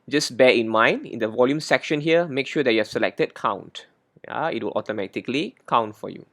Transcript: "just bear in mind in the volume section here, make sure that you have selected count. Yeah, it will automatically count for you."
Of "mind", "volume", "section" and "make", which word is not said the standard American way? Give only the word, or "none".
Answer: none